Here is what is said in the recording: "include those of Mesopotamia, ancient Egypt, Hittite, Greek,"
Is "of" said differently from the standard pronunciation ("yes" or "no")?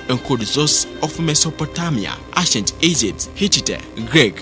yes